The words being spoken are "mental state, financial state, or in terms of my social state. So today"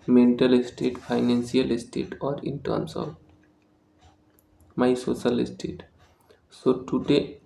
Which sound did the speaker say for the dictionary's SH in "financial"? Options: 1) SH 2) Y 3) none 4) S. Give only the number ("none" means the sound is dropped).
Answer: 4